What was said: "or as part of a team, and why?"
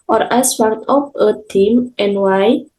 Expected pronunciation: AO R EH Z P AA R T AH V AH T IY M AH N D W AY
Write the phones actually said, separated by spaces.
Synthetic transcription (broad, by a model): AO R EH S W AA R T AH P AH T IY M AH N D W AY